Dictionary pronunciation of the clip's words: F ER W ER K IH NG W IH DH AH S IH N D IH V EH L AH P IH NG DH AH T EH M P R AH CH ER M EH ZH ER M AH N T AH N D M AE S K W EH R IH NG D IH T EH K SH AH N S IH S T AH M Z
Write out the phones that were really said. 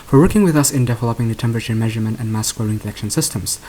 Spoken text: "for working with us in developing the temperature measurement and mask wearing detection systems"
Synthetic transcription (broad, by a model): F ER W ER K IH NG W IH DH AH S IH N D IH V EH L AH P IH NG DH AH T EH M P R AH CH ER M EH ZH ER M AH N T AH N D M AE S K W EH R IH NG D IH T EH K SH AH N S IH S T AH M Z